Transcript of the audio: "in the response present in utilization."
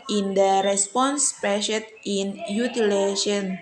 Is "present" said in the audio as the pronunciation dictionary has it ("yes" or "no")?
no